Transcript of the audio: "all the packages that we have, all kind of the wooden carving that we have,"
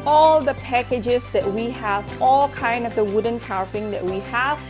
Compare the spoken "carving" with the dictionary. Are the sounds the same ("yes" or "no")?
no